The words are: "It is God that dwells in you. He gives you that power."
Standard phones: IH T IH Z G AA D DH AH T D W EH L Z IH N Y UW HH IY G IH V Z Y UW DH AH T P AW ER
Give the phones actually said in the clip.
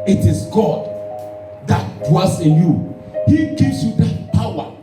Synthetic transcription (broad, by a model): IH T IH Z G AA D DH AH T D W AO Z IH N Y UW HH IY G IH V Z Y UW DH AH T P AW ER